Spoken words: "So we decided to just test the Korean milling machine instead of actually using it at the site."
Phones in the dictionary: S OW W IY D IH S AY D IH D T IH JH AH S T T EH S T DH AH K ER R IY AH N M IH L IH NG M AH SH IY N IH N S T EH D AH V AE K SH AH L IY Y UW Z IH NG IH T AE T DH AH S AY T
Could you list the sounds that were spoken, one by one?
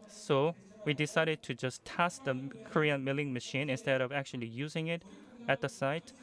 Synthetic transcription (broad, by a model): S OW W IY D IH S AY D IH D T IH JH AH S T T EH S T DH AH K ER R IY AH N M IH L IH NG M AH SH IY N IH N S T EH D AH V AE K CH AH L IY Y UW Z IH NG IH T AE T DH AH S AY T